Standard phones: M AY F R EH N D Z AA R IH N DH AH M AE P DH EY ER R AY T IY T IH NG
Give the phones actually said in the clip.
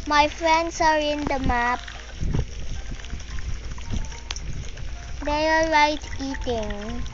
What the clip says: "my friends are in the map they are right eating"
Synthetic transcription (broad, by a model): M AY F R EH N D S AA R IH N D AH M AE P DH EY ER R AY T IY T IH NG